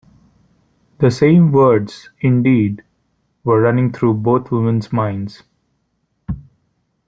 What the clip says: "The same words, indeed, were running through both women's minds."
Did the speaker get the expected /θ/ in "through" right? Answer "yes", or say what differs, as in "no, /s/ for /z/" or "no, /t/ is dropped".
no, /t/ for /θ/